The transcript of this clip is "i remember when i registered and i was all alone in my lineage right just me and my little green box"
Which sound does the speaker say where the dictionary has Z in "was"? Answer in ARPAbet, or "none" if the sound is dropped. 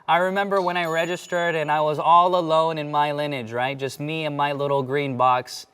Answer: Z